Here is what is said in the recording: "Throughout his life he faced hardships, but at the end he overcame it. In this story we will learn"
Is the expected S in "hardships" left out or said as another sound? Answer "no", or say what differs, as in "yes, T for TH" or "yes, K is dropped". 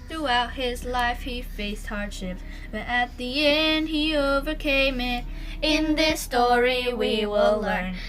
yes, S is dropped